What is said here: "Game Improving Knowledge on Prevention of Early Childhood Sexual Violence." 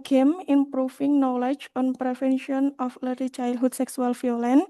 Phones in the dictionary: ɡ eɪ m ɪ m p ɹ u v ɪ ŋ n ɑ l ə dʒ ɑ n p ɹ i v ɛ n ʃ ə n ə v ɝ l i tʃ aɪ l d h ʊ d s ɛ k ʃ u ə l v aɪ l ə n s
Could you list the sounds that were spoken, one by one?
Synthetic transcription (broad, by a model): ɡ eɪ m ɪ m p ɹ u f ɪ ŋ n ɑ l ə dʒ ɑ n p ɹ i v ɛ n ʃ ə n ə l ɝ i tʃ aɪ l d h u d s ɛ k s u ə l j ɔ l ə n